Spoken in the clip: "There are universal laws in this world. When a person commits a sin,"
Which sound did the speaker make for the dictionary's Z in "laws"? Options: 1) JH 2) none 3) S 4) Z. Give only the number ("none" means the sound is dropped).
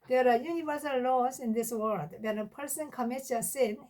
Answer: 3